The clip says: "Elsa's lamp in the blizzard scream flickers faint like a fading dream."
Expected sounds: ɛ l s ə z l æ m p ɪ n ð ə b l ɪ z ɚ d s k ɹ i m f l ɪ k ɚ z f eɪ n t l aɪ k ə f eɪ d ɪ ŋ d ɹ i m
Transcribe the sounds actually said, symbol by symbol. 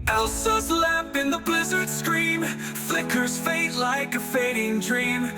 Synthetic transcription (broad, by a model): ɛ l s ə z l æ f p ɪ n ð ə b l ɪ z ɚ d s k ɹ i m f l ɪ k ɚ z f eɪ t l aɪ k ə f eɪ d ɪ ŋ d ɹ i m